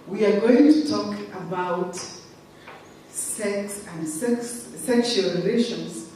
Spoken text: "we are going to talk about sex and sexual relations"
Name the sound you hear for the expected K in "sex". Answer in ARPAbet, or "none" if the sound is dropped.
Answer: K